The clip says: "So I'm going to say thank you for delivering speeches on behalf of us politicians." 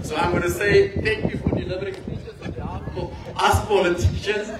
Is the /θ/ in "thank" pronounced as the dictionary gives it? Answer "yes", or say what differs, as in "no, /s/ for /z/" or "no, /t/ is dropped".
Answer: no, /t/ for /θ/